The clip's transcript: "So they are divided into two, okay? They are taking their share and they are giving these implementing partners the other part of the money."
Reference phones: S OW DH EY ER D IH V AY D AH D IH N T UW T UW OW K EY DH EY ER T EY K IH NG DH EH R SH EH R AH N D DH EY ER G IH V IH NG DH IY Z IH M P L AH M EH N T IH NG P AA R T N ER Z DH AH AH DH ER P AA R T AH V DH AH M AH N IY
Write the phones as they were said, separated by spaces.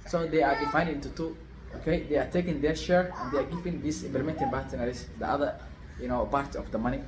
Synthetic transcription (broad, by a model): S OW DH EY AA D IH F AY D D IH N T UW T UW OW K EY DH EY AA T EY K IH NG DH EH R SH EH R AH N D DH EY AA G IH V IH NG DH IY S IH M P L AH M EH N T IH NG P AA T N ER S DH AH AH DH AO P AA R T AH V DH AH M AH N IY